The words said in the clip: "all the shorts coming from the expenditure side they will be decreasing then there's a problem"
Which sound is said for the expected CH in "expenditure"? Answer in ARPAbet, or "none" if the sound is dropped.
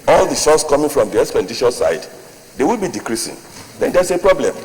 SH